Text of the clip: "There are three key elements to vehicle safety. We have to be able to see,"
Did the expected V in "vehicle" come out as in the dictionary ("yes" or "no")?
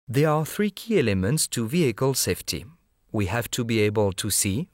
yes